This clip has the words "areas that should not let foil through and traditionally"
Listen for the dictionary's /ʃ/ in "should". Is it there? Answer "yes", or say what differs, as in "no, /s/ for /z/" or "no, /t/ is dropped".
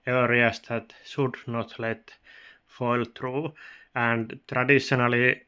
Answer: no, /s/ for /ʃ/